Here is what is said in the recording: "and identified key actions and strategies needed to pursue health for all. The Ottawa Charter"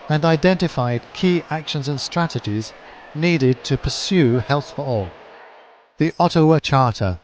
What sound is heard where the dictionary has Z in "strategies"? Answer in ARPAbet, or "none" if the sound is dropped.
Z